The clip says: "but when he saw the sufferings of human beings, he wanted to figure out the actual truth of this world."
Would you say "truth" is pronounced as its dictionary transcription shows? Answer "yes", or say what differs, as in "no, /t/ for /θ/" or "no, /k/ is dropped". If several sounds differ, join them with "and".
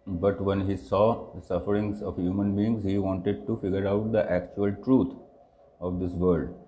no, /t/ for /θ/